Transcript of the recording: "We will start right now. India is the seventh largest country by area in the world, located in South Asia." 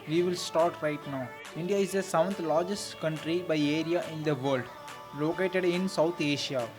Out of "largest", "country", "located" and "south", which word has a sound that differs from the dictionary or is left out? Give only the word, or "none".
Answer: south